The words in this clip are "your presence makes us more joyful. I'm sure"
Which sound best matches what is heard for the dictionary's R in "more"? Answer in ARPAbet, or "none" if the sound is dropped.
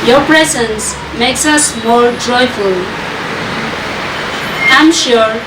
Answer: R